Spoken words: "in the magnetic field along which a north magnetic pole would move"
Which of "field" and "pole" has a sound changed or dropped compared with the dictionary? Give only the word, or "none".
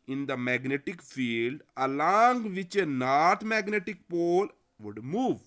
none